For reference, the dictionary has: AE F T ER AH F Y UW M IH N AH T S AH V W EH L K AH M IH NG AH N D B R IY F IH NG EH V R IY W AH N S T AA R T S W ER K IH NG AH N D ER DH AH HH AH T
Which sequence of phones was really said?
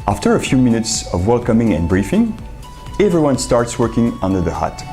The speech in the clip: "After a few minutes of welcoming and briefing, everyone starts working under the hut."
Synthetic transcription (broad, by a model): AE F T ER AH F Y UW M IH N AH T S AH V W EH L K AH M IH NG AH N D B R IY F IH NG EH V R IY W AH N S T AA R T S W ER K IH NG AH N D ER DH AH HH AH T